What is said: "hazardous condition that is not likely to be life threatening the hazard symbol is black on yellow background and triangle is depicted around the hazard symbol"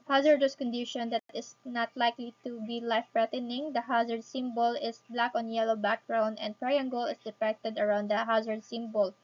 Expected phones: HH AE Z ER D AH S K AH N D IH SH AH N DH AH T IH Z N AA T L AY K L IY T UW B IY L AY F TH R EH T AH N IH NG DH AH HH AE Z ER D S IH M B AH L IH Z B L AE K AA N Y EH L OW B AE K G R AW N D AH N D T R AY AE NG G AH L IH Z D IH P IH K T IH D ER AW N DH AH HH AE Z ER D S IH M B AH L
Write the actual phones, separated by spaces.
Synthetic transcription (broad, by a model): HH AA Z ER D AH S K AH N D IH SH AH N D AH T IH S N AA T L AY K L IY T UW B IY L AY F F R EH T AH N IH NG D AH HH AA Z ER D S IH M B AH L IH S B L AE K AA N Y EH L OW B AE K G R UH N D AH N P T R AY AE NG G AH L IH S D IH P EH K T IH D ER AW N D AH HH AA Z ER D S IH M B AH L